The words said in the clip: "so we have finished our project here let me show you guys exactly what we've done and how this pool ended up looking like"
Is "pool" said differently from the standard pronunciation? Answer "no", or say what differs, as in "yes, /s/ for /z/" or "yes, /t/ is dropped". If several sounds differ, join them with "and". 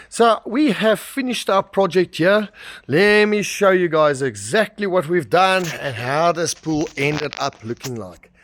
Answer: no